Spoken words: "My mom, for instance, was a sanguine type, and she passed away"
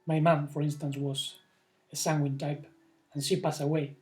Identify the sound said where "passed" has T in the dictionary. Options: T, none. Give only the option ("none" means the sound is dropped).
none